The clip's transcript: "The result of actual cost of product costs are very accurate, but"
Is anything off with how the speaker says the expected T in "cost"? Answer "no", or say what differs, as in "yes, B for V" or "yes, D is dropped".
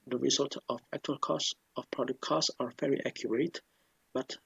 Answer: yes, T is dropped